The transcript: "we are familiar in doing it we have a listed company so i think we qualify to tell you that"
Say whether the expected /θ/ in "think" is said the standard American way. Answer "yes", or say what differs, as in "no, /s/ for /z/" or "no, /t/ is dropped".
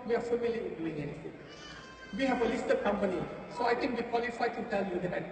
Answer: no, /t/ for /θ/